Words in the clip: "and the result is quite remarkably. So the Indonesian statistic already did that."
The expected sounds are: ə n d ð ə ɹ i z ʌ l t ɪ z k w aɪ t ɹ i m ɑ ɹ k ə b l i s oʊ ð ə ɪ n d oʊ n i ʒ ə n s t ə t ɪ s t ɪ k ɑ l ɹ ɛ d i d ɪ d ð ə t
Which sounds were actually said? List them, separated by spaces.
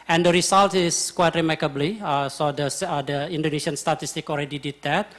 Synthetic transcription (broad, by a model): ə n d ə ɹ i s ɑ l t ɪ s k w aɪ t ɹ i m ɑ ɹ k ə b l i s oʊ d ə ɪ n d oʊ n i s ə n s t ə t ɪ s t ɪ k ɑ l ɹ ɛ d i d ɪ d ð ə t